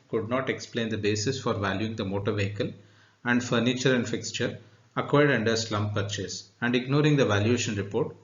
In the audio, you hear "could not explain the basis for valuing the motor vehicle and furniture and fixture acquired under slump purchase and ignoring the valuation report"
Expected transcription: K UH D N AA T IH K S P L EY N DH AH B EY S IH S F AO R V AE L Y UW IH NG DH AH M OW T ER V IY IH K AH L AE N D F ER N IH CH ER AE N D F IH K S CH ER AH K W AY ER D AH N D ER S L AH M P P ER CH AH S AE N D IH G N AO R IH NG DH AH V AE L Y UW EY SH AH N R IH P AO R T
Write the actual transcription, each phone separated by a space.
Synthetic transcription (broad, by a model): K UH D N AA T IH K S P L EY N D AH B EY S IH S F AO R V AE L Y UW IH NG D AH M OW T ER V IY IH K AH L AE N D F ER N IH CH ER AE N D F IH K S CH ER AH K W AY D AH N D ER S L AH M P P ER CH AH S AE N D IH G N AO R IH NG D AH V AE L Y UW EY SH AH N R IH P AO R T